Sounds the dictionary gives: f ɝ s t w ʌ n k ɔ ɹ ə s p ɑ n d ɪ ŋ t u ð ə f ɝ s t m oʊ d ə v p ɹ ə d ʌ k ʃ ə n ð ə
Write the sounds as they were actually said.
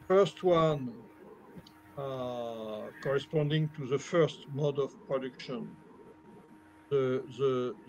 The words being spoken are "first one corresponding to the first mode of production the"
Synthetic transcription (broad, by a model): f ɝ s t w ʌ n k ɔ ɹ ə s p ɑ n d ɪ ŋ t u ð ə f ɝ s t m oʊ d ə v p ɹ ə d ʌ k ʃ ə n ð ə